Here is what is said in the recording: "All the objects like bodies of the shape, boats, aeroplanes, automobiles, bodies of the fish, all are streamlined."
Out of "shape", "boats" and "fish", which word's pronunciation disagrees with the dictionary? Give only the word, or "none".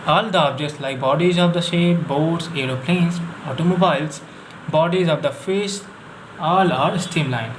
fish